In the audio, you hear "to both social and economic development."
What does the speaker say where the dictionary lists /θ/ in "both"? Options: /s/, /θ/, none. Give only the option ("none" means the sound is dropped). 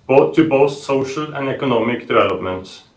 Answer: /s/